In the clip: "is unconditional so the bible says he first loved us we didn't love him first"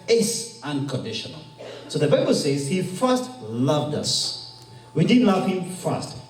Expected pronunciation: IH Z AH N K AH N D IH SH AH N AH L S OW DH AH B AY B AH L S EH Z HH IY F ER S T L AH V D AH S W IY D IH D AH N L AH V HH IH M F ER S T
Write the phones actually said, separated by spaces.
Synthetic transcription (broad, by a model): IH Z AH N K AH N D IH SH AH N AH L S OW DH AH B AY B AH L S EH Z HH IY F ER S T L AH V D AH S W IY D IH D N L AH V HH IH M F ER S T